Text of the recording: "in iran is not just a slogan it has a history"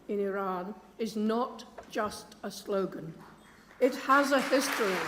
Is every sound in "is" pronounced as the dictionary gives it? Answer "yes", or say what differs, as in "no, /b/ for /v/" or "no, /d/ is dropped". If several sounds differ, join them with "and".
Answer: yes